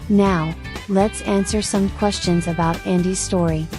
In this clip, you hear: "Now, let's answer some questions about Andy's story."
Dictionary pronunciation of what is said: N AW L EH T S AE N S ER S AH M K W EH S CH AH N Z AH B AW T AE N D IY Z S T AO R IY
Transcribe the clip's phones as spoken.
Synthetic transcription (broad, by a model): N AW L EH T S AE N S ER S AH M K W EH S CH AH N Z AH B AW T AE N D IY Z S T AO R IY